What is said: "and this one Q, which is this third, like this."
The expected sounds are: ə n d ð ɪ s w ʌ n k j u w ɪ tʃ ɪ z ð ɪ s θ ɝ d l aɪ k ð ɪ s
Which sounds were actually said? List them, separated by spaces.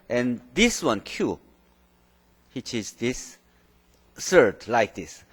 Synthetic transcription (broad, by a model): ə n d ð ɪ s w ʌ n k j u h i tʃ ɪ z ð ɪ s s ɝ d l aɪ k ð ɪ s